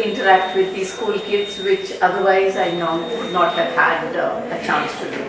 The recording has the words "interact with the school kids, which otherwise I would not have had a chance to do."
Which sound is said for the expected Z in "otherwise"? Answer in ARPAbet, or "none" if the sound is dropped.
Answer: Z